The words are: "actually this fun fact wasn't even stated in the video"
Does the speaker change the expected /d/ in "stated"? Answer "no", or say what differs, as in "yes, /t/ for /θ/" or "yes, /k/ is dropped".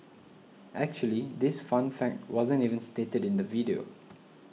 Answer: no